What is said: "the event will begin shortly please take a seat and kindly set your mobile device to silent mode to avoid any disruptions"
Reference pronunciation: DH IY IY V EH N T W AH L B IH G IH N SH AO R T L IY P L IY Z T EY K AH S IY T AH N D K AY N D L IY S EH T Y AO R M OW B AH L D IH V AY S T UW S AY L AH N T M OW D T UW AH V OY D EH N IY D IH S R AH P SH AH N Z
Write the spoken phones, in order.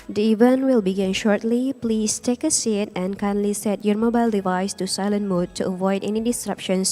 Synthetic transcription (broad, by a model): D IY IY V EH N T W AH L B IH G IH N SH AO R T L IY P L IY S T EY K AH S IY T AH N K AY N L IY S EH T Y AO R M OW B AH L D IH V AY S T UW S AY L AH N M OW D T UW AH V OY D EH N IY D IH S R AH P SH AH N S